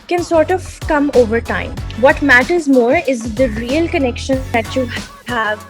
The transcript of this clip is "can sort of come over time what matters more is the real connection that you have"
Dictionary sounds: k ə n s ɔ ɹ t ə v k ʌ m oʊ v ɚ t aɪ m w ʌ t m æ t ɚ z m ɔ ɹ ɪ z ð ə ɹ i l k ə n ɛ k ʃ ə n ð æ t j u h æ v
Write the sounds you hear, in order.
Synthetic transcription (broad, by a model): k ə n s ɔ ɹ t ə v k ʌ m oʊ v ɚ t aɪ m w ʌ t m æ t ɚ z m ɔ ɹ ɪ z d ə ɹ i l k ə n ɛ k ʃ ə n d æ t j u h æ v